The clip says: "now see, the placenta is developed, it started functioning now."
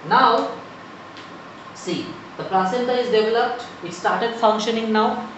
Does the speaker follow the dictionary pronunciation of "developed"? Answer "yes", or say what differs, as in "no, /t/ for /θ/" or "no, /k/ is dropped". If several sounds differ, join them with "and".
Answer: yes